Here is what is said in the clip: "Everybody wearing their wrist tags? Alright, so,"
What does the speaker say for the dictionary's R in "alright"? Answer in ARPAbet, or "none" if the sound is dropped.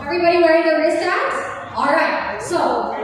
R